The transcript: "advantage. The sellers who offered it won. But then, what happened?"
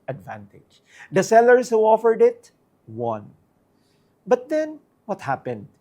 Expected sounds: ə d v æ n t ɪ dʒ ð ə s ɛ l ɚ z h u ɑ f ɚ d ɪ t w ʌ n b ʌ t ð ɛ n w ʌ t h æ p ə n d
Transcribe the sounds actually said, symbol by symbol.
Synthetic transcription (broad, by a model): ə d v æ n t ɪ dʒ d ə s ɛ l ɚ s h u ɑ f ɚ d ɪ t w ʌ n b ʌ t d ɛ n w ʌ t h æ p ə n d